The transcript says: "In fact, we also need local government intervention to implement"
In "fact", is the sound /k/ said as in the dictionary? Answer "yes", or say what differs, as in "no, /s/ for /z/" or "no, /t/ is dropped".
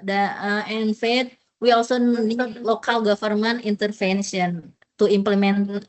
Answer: no, /k/ is dropped